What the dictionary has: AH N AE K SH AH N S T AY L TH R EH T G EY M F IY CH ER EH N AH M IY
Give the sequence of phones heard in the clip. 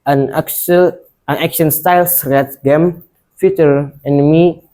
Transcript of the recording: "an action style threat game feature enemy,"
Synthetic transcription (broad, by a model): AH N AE K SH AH N S T AY L S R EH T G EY M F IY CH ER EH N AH M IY